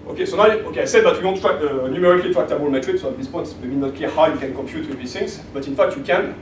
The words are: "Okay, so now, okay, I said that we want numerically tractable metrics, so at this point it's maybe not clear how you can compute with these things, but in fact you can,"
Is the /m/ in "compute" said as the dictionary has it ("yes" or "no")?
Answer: yes